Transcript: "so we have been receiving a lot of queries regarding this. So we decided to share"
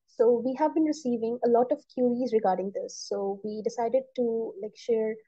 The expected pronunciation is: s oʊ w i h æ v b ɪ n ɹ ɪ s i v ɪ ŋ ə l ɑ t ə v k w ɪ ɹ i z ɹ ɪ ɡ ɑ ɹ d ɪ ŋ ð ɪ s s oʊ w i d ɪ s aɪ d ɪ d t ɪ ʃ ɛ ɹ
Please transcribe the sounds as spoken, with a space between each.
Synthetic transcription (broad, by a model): s oʊ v i h æ v b ɪ n ɹ ɪ s i v ɪ ŋ ə l ɑ t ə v k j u i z ɹ ɪ ɡ ɑ ɹ d ɪ ŋ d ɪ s s oʊ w i d ɪ s aɪ d ɪ d t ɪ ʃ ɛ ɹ